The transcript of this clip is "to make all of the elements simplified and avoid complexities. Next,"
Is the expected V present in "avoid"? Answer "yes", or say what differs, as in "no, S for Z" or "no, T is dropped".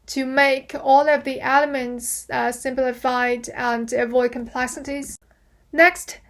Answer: yes